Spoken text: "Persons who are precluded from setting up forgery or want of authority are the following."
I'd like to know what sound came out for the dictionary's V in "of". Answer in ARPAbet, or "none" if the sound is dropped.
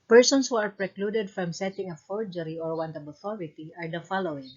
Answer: B